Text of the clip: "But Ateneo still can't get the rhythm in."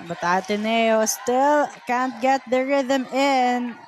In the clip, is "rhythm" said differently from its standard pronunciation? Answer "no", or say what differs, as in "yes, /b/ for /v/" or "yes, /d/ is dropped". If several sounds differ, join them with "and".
no